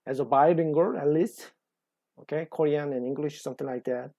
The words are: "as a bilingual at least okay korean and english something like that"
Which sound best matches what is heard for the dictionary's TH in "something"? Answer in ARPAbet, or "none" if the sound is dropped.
T